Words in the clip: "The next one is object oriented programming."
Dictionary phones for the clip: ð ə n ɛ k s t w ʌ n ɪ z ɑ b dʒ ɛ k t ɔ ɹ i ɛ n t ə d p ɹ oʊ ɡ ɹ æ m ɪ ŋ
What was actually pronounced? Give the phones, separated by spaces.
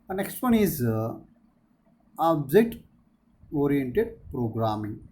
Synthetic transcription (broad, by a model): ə n ɛ k s t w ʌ n ɪ z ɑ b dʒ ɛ t ɔ ɹ i ɛ n t ə d p ɹ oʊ ɡ ɹ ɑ m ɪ ŋ